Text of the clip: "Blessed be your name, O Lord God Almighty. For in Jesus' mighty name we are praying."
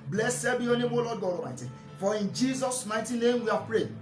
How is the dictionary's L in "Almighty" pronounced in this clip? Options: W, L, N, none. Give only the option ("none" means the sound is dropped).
none